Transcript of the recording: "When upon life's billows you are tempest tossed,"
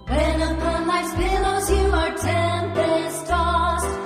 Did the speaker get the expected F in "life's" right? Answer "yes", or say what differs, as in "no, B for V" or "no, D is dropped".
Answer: no, F is dropped